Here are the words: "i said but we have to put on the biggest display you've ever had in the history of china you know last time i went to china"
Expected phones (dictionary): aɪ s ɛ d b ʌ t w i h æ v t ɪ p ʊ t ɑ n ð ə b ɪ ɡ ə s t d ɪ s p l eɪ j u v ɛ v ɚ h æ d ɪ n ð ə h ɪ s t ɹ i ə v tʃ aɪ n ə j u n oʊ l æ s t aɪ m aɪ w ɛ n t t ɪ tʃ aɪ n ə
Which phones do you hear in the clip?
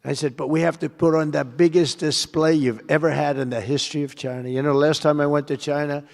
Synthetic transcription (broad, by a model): aɪ s ɛ d b ʌ t w i h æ f t ɪ p ʊ t n ð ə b ɪ ɡ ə s d ɪ s p l eɪ j u v ɛ v ɚ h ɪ d ɪ n ð ə h ɪ s t ɹ i ə v tʃ aɪ n ə j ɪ n oʊ l æ s t aɪ m aɪ w ɛ n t t ɪ tʃ aɪ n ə